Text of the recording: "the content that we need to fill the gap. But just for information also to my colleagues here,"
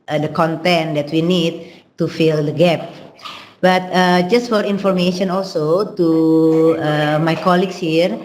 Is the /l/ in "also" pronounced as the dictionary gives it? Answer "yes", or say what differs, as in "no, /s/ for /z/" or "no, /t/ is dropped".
yes